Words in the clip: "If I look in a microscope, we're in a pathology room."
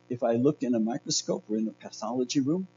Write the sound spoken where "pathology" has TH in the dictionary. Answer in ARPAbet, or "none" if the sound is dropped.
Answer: TH